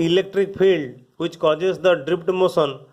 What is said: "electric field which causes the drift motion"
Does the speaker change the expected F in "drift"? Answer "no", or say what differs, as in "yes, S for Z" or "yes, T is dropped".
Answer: yes, P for F